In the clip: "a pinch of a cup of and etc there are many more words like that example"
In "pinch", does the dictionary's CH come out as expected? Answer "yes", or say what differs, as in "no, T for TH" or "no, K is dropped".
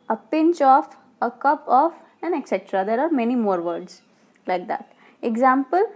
yes